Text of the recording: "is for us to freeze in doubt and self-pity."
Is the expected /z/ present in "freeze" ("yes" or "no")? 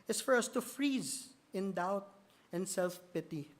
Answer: yes